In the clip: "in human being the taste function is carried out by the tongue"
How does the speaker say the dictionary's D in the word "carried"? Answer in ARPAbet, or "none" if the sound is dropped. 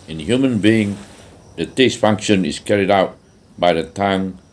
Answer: D